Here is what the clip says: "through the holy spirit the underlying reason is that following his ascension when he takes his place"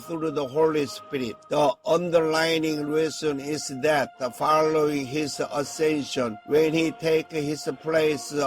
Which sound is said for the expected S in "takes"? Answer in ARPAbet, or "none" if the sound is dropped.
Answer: none